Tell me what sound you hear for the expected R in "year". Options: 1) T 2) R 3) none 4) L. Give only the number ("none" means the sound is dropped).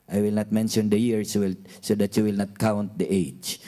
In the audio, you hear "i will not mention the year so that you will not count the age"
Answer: 4